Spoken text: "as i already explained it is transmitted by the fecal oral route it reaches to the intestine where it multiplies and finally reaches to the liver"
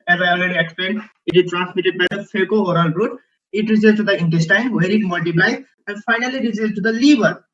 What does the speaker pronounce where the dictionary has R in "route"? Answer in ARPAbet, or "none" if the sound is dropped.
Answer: R